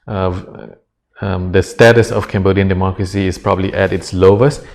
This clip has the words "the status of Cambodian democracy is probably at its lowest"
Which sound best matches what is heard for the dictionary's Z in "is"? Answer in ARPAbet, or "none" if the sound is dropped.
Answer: S